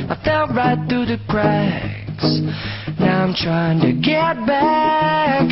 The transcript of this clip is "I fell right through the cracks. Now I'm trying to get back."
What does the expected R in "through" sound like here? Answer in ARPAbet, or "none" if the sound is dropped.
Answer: R